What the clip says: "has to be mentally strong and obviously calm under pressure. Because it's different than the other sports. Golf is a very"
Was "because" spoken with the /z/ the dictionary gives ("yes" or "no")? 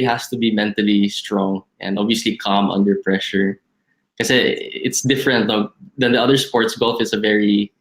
no